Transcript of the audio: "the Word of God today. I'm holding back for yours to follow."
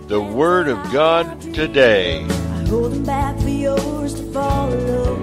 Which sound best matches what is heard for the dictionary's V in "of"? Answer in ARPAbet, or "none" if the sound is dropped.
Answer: V